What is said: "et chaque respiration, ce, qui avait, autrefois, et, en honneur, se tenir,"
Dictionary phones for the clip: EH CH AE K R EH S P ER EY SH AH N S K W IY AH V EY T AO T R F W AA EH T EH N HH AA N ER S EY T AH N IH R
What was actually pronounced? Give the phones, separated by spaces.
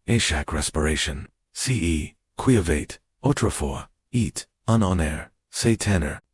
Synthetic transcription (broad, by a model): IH SH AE K R EH S P ER EY SH AH N S K W IY AH V EY T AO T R F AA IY T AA N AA N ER S EY T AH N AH R